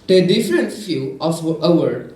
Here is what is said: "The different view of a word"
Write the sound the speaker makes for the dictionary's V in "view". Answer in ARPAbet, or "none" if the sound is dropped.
F